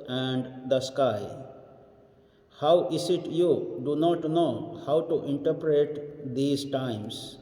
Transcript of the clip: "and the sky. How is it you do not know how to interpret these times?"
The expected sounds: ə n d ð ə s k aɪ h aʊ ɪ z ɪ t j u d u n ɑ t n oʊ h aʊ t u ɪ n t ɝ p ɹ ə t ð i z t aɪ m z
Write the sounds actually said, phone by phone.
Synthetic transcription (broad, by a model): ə n d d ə s k aɪ h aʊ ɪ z ɪ t j u d u n ɑ t n oʊ h aʊ t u ɪ n t ɝ p ɹ ə t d i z t aɪ m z